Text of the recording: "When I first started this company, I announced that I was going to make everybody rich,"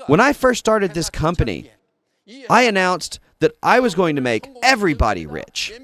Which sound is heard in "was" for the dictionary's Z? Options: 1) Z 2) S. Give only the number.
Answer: 1